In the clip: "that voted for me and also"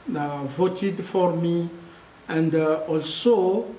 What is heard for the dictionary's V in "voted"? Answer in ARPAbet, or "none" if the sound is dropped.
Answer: V